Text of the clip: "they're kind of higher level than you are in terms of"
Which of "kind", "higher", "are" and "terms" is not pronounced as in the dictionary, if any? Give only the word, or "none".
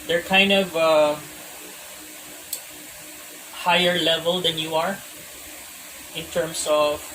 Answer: terms